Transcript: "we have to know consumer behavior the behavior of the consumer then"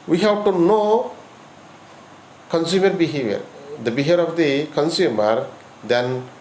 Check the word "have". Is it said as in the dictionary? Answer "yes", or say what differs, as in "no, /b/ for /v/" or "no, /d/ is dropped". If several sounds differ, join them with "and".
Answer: no, /w/ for /v/